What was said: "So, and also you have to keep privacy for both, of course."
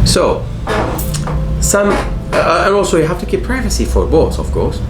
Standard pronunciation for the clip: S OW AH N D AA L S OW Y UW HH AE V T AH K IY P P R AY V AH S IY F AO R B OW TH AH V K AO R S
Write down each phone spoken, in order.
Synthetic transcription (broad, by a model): S OW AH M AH AA L S OW Y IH HH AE F T AH K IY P P R AY V AH S IY F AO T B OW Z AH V K AO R S